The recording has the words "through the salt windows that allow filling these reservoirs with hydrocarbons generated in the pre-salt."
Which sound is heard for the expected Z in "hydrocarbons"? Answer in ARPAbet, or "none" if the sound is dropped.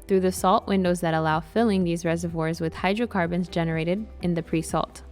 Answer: Z